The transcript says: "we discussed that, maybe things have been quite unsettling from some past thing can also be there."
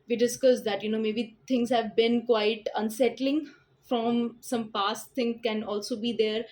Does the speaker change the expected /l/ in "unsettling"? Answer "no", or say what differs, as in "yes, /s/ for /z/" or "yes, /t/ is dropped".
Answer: no